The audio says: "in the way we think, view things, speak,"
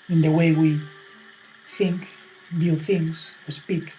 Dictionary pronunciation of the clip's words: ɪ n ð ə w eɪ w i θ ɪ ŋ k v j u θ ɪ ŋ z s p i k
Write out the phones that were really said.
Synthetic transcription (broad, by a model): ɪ n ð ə w eɪ w i θ ɪ ŋ k b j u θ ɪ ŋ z s p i k